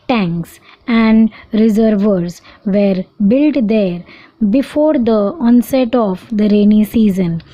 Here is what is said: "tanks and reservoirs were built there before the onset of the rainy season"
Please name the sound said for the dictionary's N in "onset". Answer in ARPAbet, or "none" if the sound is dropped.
N